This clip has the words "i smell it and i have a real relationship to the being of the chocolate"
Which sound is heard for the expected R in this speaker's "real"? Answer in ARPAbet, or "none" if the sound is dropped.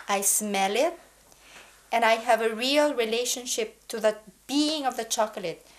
R